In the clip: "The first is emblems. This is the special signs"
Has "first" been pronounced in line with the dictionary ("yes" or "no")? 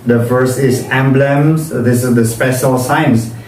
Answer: no